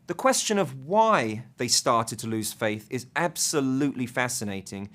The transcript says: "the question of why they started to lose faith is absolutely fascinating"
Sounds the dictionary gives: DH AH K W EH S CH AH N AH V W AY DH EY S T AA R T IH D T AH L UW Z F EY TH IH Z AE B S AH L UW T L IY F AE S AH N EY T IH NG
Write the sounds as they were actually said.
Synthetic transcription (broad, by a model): DH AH K W EH S CH AH N AH V W AY DH EY S T AA R T IH D T AH L UW Z F EY TH IH Z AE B S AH L UW T L IY F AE S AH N EY T IH NG